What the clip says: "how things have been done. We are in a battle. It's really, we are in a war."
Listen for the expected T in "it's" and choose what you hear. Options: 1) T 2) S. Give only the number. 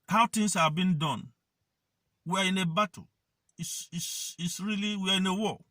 2